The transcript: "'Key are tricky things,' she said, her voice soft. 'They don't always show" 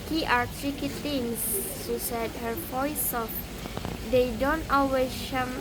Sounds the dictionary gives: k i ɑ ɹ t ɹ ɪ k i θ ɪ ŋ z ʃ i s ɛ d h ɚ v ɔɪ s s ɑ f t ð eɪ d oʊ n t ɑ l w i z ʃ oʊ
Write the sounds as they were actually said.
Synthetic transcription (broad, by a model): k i ɑ ɹ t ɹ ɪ k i t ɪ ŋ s ʃ i s ɛ d h ɚ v ɔɪ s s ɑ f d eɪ d oʊ n t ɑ w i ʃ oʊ